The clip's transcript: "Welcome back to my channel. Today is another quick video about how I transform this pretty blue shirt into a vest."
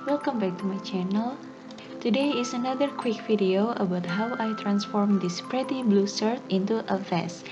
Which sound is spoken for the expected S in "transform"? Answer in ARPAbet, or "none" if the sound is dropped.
S